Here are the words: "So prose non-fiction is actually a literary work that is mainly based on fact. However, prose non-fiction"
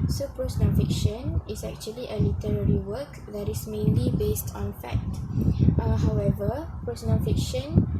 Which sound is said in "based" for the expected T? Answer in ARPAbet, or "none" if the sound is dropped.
T